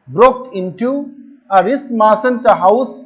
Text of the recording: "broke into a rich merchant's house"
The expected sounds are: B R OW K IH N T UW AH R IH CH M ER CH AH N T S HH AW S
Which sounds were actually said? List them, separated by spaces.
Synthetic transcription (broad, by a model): B R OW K IH N T UW AH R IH S M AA S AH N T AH HH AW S